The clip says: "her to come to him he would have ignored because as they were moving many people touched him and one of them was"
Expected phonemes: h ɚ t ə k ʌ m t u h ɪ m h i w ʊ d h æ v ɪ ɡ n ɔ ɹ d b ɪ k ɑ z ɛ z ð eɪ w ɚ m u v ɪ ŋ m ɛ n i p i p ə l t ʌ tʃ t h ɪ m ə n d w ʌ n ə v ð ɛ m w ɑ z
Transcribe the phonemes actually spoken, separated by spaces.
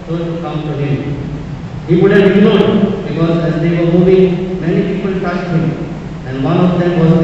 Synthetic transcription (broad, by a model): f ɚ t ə k ʌ m t u h ɪ m h i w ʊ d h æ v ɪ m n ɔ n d b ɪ k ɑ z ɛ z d eɪ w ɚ m u v ɪ ŋ m ɛ n i p i p ə l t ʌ s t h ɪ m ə n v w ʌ n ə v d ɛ m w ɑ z